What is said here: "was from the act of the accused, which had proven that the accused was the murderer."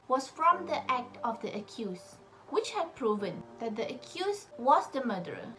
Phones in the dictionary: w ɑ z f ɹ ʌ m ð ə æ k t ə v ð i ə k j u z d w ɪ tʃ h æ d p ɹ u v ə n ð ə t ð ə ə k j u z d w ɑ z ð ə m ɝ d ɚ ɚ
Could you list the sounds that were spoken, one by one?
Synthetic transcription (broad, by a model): w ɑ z f ɹ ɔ m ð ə æ k t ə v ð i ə k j u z w ɪ tʃ h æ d p ɹ u v ə n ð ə t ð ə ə k j u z w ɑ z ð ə m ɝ d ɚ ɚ